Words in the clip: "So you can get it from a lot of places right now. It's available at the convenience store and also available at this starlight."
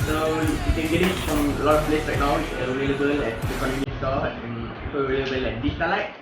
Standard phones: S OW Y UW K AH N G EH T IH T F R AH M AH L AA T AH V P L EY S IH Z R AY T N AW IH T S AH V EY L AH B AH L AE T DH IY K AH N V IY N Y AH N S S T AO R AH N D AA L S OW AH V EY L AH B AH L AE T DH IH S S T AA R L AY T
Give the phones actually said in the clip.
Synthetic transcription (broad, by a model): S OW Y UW K AH N G EH T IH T F R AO M AH L AA T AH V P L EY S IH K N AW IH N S AH V EY L AH B AH L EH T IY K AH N AO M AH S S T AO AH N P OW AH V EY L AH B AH L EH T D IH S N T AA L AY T